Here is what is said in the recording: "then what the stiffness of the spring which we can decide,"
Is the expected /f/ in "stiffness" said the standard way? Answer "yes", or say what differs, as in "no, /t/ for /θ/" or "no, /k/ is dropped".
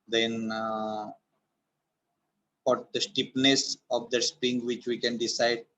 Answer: no, /p/ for /f/